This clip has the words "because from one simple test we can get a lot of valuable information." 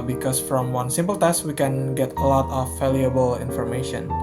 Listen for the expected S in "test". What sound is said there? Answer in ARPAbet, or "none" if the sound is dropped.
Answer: S